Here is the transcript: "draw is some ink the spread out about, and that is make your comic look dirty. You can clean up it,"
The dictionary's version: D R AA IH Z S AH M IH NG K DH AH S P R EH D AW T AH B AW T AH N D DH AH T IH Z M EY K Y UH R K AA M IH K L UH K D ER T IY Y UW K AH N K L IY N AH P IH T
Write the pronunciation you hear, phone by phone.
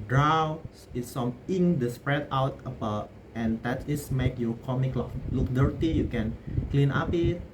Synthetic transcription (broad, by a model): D R AA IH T S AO M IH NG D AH S P R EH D AW T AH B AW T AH N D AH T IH S M EY K Y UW K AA M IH K L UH K D ER T IY Y UW K AH N K L IY N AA P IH T